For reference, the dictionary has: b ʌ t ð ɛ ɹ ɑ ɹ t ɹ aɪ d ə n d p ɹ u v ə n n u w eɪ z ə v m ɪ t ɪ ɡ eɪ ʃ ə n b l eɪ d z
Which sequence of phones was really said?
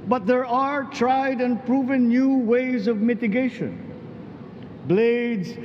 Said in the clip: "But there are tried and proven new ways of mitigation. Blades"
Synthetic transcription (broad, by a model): b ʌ t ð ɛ ɹ ɑ ɹ t ɹ aɪ d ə n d p ɹ u v ə n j u w eɪ z ə v m ɪ t ɪ ɡ eɪ ʃ ə n b l eɪ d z